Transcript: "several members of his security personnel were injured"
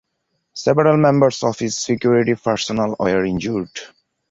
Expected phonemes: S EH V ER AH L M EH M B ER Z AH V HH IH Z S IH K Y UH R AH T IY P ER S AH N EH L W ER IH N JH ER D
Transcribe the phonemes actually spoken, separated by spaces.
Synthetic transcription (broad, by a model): S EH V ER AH L M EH M B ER S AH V HH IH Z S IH K Y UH R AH T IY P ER S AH N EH L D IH N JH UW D